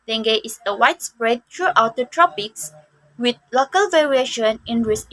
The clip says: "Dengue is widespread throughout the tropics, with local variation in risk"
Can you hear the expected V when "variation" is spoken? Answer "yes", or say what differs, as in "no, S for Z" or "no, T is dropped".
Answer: yes